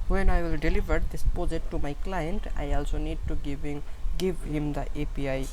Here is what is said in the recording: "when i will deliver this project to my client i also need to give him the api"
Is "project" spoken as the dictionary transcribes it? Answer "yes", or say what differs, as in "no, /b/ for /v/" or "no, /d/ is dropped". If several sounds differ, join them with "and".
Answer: no, /ɹ/ is dropped